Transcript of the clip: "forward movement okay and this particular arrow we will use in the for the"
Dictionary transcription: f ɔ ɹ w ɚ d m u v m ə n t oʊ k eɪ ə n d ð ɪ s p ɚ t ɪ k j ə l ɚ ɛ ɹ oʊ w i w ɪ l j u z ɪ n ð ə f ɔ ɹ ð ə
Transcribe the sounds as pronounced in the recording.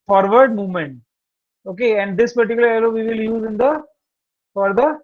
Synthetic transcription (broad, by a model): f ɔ ɹ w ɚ d m u v m ə n t oʊ k eɪ ə n d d ɪ s p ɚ t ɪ k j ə l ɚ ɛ l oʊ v i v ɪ l j u z ɪ n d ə f ɔ ɹ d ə